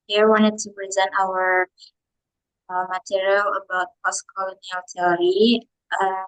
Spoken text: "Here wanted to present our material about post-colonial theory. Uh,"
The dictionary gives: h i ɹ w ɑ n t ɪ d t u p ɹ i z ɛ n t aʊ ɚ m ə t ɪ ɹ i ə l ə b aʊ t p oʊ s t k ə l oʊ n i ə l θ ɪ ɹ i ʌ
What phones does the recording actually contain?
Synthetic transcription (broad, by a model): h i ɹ w ɑ n t ɪ d t u p ɹ i z ɛ n t aʊ ɚ m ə t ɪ ɹ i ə l ə b aʊ t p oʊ s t k ə l oʊ n i ə l t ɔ ɹ i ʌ